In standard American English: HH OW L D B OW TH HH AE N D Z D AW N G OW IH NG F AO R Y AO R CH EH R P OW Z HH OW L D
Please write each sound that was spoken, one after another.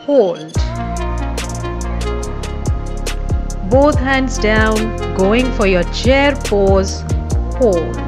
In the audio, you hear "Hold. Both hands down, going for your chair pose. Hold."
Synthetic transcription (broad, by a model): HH OW L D B OW T HH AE N D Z D AW N G OW IH NG F AO R Y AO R CH EH R P OW Z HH OW L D